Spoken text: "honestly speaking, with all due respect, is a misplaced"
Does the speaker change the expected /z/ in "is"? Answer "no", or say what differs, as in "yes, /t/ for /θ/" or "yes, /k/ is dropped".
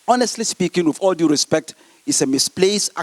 yes, /s/ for /z/